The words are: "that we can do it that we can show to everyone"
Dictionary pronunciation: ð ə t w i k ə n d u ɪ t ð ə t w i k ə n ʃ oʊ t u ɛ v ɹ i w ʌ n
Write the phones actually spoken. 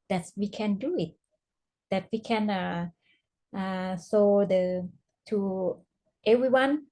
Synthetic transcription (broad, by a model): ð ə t w i k ə n d u ɪ t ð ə t w i k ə n s oʊ t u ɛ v ɹ i w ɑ n